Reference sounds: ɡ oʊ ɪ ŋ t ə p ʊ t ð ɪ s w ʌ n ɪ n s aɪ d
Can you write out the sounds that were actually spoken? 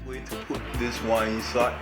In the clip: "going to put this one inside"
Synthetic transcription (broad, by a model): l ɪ t ə p ʊ t ð ɪ s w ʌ ɪ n s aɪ